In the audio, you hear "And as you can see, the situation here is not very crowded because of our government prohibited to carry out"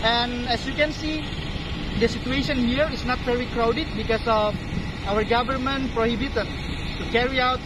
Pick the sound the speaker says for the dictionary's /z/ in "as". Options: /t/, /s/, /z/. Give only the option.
/s/